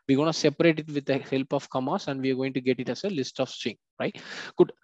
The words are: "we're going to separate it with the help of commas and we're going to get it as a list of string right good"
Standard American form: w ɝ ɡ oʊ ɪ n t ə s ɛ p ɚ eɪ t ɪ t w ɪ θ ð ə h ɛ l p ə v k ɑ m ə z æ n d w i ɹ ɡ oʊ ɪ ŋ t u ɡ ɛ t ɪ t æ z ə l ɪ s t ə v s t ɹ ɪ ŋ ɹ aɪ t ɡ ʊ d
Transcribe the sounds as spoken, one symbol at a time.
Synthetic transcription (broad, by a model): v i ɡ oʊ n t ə s ɛ p ɚ eɪ t ɪ t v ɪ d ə h ɛ l p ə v k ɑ m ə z æ n d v i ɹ ɡ oʊ ɪ ŋ t u ɡ ɛ t ɪ t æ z ə l ɪ s t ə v s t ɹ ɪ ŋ ɹ aɪ t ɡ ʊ d